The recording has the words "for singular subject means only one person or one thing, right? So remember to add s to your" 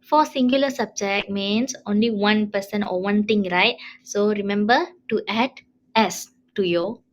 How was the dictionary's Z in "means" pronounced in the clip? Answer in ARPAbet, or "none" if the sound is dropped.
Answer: S